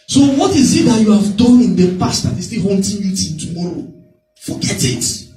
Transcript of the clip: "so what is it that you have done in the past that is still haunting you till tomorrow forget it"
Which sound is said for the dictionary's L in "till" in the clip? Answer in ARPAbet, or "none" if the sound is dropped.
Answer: N